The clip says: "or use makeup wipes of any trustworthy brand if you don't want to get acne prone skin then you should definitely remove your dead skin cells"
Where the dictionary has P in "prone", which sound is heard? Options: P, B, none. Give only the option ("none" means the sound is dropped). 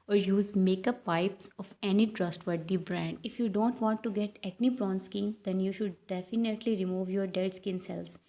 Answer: B